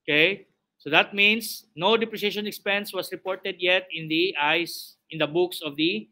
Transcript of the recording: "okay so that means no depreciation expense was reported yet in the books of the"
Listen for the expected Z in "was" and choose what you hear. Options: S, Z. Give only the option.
S